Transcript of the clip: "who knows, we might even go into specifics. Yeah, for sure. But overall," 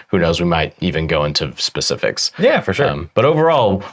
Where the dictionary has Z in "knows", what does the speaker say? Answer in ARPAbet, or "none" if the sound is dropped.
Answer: Z